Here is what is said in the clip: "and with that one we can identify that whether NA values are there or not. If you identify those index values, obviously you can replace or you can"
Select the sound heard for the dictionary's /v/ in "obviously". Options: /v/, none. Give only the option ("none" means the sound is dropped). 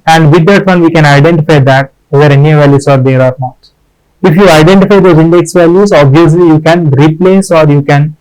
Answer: /v/